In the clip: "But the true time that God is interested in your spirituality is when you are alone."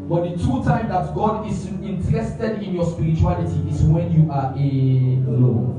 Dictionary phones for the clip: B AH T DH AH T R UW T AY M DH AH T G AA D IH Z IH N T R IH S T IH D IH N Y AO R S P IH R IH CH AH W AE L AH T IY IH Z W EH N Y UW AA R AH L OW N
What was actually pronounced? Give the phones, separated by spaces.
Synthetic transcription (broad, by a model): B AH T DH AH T UW T AY M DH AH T G AA D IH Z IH N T R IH S T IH D IH N Y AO S P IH R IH CH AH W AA L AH T IY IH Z W EH N Y UW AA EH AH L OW